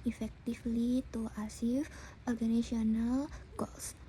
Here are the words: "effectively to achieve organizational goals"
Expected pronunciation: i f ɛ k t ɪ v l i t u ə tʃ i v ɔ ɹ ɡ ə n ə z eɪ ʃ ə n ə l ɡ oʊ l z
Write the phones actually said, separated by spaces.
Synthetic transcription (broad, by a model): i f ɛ k t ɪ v l i t u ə s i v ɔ ɹ ɡ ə n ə s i ə n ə l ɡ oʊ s